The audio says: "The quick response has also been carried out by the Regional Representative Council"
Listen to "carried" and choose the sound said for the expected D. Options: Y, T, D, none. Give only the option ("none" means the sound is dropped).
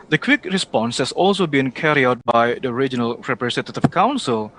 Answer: none